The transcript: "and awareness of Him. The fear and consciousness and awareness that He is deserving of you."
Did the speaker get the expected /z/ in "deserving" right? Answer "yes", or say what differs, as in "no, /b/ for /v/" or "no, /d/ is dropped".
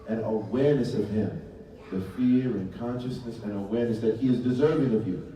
yes